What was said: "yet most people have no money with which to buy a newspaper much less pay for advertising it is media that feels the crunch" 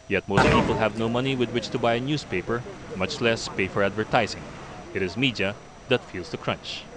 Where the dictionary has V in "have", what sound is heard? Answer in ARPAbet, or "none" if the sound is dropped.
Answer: V